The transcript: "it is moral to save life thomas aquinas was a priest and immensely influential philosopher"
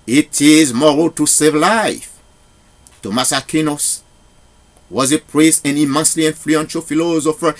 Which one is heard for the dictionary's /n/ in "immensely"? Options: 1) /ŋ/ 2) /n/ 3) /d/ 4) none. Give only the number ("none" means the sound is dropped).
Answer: 2